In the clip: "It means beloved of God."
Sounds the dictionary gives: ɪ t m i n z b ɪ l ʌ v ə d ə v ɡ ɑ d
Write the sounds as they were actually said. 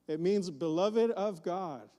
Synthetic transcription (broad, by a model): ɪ t m i n z b ɪ l ʌ v ə d ə v ɡ ɑ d